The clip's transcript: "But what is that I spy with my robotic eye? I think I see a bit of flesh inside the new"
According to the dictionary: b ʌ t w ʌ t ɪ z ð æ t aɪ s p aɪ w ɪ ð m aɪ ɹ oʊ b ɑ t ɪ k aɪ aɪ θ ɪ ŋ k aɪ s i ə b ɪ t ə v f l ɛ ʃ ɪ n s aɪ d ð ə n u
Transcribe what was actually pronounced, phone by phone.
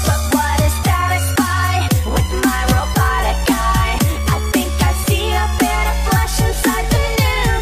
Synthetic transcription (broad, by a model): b ʌ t w ʌ t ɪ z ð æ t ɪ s b aɪ w ɪ ð m aɪ ɹ oʊ b ɑ t ɪ k aɪ aɪ θ ɪ ŋ k aɪ s i ə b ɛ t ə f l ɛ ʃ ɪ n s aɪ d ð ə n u